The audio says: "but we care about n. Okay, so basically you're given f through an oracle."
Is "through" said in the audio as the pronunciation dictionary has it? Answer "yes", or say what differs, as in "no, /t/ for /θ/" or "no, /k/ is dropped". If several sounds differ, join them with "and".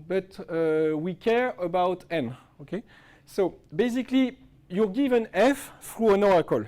no, /f/ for /θ/